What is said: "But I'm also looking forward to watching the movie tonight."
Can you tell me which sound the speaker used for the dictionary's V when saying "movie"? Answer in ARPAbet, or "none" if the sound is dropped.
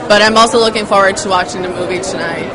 V